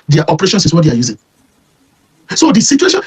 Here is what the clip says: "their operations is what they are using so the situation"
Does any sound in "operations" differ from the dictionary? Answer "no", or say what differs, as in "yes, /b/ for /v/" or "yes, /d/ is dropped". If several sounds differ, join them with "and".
yes, /s/ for /z/